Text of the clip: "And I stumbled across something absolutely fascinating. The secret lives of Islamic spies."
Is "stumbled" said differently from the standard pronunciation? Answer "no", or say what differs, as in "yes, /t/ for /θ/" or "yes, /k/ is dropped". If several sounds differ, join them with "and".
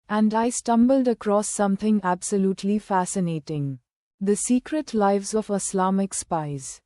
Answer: no